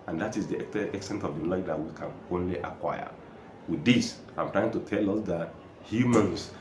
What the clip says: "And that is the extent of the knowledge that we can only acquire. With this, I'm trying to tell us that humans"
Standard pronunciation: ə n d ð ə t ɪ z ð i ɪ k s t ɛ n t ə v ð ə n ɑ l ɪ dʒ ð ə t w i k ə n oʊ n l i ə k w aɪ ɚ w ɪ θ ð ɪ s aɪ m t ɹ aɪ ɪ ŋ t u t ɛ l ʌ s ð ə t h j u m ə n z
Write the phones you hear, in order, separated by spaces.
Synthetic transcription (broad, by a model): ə n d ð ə t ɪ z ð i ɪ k s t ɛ n t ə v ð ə l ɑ ɪ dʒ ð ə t w i k ə n oʊ n l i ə k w aɪ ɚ w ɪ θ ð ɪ s aɪ m t ɹ aɪ ɪ ŋ t u t ɛ l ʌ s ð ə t h j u m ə n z